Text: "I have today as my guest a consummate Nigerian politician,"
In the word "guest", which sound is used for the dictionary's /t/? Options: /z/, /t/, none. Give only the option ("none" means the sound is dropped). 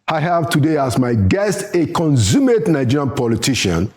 /t/